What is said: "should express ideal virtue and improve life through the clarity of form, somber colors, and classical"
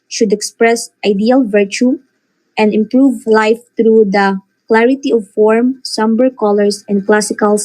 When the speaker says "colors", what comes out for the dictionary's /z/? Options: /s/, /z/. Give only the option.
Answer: /s/